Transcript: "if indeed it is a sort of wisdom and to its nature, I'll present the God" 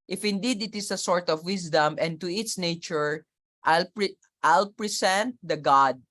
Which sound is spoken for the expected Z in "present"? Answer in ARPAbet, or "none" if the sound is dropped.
S